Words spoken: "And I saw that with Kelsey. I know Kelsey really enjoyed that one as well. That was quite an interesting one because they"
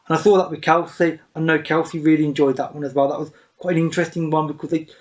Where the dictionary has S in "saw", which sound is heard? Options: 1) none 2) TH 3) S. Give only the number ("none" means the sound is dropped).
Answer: 2